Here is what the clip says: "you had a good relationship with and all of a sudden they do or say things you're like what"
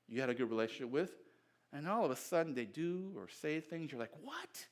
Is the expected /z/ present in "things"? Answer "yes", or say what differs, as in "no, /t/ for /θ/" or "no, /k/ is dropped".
yes